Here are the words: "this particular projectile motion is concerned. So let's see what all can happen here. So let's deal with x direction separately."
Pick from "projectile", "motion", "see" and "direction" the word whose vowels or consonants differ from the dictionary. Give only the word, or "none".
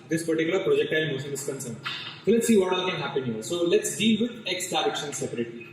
motion